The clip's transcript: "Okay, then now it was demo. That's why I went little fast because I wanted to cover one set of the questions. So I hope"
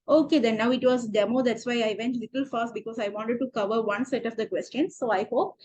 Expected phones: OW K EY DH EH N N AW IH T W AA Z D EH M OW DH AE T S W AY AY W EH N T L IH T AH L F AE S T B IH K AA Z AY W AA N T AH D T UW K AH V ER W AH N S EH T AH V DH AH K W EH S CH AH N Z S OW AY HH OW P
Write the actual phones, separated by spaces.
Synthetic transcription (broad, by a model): OW K EY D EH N N AW IH T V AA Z D EH M OW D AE T S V AY AY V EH N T L IH T AH L F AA S T B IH K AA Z AY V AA N T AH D T UW K AH V ER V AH N S EH T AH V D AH K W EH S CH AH N S OW AY HH OW P